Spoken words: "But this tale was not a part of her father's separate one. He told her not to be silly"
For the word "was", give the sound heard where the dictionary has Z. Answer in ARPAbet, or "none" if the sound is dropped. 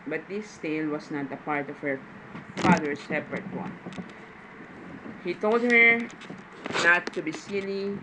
S